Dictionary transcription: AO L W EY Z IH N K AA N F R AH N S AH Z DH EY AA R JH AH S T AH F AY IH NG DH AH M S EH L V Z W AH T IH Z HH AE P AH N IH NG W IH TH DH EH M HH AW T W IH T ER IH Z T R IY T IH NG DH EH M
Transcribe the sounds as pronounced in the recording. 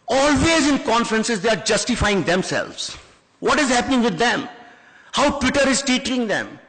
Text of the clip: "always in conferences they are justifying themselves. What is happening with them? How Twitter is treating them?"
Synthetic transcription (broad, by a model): AO L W EY Z IH N K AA N F R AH N S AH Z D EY AA R JH AH S T AH F AY IH NG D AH M S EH L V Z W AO T IH Z HH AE P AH N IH NG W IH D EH M HH AW T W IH T ER IH Z T IY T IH NG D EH M